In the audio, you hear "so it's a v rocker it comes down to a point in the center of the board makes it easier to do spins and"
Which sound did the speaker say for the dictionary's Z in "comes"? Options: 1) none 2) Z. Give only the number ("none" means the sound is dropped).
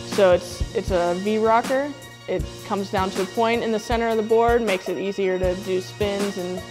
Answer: 2